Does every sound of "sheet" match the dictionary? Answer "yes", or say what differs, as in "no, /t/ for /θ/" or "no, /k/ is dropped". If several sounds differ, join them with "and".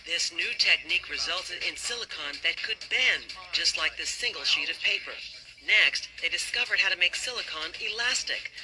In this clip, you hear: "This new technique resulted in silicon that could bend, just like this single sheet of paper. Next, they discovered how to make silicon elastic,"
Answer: yes